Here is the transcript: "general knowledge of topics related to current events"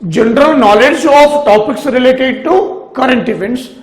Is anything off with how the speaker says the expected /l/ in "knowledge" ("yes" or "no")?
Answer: no